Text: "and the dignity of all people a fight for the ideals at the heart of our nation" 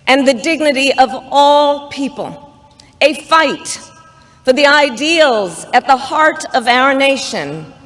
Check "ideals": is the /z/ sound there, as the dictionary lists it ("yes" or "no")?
yes